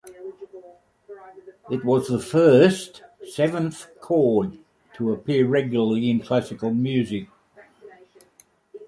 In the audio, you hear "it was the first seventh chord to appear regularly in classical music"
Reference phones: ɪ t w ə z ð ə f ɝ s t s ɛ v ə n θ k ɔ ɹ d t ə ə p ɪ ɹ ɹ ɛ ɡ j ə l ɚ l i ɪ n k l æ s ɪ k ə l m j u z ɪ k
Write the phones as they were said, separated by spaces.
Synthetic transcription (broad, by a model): ɪ t w ə z ð ə f ɝ s t s ɛ v ə n θ k ɔ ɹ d t ə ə p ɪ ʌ ɹ ɛ ɡ j l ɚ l i ɪ n k l æ s ɪ k ə l m j u z ɪ k